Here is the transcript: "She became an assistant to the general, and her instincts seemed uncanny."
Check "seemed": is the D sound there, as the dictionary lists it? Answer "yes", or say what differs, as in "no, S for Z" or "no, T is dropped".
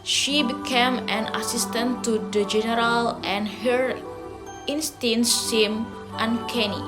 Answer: no, D is dropped